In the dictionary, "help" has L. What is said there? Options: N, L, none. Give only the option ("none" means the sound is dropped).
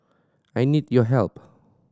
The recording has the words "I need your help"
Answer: L